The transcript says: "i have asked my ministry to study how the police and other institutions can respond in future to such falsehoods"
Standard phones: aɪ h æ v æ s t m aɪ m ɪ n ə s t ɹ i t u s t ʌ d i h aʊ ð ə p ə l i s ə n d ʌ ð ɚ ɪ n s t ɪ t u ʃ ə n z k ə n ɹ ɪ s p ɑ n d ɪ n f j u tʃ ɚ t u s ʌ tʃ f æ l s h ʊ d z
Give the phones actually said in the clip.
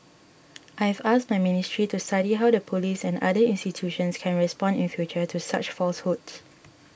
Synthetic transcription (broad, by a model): aɪ h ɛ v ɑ s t m aɪ m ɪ n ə s t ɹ i t u s t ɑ d i h aʊ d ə p ə l i s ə n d ʌ i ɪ n s t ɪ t u ʃ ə n s k ə n ɹ ɪ s p ɑ n d ɪ n f j u tʃ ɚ t u s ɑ tʃ f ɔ l s h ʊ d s